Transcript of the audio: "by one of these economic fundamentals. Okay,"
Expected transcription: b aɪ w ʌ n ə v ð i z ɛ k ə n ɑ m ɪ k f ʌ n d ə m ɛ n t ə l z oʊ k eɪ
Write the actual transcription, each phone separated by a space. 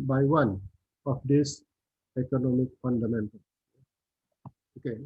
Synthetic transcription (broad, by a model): b aɪ w ʌ n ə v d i s ɛ k ə n ɑ m ɪ k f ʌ n d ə m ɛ n t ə l oʊ k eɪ